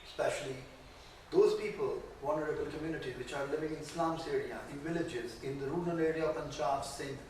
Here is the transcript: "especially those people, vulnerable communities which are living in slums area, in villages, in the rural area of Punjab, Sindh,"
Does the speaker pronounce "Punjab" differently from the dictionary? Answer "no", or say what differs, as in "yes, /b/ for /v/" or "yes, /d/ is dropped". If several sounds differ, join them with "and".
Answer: yes, /tʃ/ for /dʒ/